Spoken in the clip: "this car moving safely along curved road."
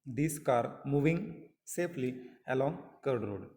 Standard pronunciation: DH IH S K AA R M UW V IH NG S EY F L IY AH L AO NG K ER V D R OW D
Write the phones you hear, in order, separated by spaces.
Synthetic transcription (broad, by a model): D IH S K AA R M UW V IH NG S EY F L IY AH L AO NG K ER D R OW D